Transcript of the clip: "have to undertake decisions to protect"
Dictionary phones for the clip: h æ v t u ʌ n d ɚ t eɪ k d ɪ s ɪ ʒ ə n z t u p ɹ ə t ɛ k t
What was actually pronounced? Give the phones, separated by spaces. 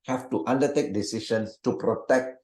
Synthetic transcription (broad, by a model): h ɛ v t u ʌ n d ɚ t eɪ k d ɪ s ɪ ʃ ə n s t u p ɹ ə t ɛ k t